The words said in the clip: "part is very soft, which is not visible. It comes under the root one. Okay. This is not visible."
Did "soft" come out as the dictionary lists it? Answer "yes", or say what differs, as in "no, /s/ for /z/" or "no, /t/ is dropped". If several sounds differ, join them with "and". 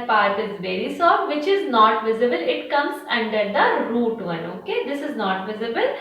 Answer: no, /f/ is dropped